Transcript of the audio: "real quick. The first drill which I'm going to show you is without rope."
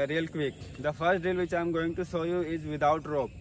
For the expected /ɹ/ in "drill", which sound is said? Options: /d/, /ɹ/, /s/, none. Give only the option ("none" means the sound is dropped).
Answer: none